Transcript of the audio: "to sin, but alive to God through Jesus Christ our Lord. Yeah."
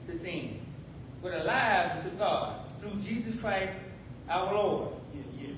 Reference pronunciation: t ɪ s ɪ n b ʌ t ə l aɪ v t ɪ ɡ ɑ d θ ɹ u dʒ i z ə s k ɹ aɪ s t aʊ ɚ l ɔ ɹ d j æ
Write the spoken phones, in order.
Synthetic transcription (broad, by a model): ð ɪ s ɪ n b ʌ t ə l aɪ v t ɪ ɡ ɑ d θ ɹ u dʒ i z ə s k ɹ aɪ s t aʊ ɚ l ɔ ɹ d